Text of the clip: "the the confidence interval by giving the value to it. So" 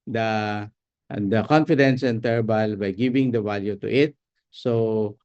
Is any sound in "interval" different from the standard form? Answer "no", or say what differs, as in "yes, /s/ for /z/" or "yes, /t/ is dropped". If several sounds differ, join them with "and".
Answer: yes, /b/ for /v/